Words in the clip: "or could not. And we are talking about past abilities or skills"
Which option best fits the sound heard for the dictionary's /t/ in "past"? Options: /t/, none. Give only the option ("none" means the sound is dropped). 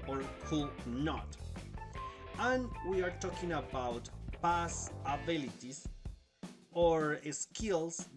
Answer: none